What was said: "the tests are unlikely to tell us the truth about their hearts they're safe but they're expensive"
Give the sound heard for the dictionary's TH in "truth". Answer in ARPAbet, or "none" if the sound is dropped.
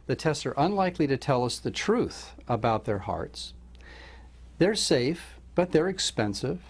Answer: TH